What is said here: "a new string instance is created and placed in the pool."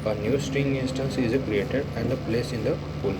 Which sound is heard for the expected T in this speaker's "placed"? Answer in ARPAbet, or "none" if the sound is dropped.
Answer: none